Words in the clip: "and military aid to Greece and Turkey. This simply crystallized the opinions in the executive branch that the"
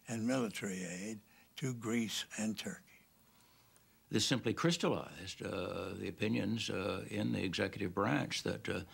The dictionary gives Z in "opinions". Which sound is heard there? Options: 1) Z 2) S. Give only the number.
1